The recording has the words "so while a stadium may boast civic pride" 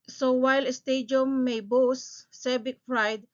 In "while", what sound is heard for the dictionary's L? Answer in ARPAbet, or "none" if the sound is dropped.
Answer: L